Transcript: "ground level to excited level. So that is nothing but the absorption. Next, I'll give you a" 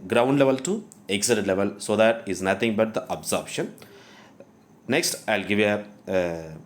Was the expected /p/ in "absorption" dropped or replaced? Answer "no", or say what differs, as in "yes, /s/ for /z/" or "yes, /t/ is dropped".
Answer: yes, /b/ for /p/